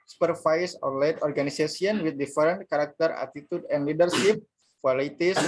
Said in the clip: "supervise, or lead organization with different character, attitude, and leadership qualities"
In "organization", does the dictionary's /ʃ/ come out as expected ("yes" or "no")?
no